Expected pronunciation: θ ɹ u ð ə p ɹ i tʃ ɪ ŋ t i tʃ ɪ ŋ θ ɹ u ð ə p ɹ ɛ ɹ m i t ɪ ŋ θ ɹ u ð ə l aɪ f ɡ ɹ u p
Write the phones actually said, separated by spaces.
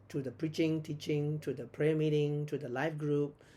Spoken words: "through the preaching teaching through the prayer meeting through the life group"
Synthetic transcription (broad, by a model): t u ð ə p ɹ i tʃ ɪ ŋ t i tʃ ɪ ŋ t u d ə p ɹ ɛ m i t ɪ ŋ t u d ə l aɪ f ɡ ɹ u p